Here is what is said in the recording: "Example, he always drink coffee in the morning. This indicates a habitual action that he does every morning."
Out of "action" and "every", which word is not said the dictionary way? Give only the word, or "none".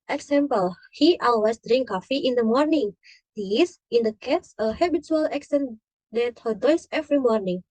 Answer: action